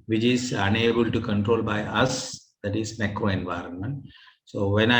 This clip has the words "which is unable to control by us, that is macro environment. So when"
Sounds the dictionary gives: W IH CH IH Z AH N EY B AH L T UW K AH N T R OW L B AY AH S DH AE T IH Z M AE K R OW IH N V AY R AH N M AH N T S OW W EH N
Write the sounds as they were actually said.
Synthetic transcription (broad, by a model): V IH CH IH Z AH N EY B AH L T UW K AH N T R OW L B AY AH S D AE T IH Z M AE K R OW IH N V AY R AH N M AH N T S OW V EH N